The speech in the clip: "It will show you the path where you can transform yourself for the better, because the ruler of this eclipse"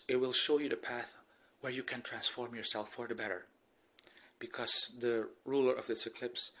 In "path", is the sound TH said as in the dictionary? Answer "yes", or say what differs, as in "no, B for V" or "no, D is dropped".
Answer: yes